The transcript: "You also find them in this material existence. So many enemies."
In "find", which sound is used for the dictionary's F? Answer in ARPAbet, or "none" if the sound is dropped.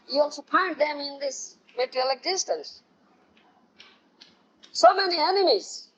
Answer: P